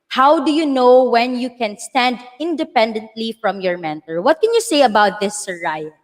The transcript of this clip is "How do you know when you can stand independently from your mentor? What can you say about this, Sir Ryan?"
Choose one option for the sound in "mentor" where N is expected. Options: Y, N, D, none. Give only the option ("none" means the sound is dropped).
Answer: N